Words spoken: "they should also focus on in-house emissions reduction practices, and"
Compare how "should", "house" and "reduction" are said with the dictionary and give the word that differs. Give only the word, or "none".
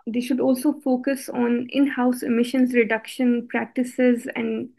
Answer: none